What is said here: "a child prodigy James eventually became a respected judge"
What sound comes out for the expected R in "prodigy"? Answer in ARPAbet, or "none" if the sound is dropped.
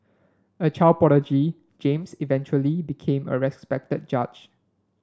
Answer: none